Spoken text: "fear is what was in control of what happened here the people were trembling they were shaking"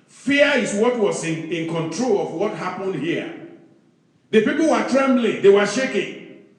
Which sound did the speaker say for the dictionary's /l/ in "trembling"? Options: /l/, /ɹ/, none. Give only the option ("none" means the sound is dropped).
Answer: /l/